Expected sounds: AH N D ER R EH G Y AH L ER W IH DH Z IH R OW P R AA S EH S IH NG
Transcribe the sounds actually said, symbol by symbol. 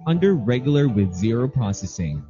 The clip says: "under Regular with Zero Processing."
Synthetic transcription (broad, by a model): AH N D ER R EH G Y L ER W IH DH Z IH R OW P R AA S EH S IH NG